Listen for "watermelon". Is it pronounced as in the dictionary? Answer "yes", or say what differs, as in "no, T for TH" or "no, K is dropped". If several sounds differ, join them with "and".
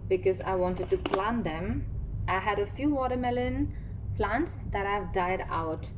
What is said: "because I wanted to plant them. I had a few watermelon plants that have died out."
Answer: yes